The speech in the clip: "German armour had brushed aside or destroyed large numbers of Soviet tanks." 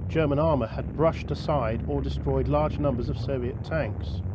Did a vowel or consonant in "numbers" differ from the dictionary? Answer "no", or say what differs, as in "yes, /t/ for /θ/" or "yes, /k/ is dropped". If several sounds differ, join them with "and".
no